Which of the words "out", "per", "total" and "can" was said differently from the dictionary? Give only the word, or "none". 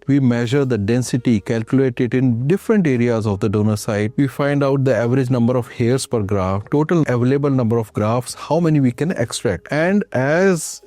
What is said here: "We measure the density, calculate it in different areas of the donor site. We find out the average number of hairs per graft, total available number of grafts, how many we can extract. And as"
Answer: none